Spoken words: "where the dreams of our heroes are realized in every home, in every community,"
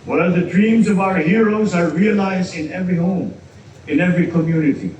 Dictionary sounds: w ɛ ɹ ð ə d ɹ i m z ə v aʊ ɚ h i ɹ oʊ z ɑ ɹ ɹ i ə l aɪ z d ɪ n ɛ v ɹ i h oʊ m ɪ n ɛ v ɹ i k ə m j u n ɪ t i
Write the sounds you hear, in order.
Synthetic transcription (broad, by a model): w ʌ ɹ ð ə d ɹ i m z ə v aʊ ɚ h i ɹ oʊ z ɑ ɹ ɹ i ə l aɪ z d ɪ n ɛ v ɹ i h oʊ m ɪ n ɛ v ɹ i k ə m j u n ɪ t i